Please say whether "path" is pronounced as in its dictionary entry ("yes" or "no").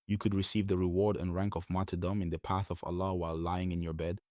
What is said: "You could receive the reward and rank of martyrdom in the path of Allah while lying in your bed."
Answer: yes